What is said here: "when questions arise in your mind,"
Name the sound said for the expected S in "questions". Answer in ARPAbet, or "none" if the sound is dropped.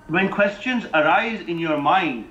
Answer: S